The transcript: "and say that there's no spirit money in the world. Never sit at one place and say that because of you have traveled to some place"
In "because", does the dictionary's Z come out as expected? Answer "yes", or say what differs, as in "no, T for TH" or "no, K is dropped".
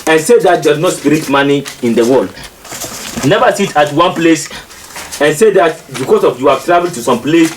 no, S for Z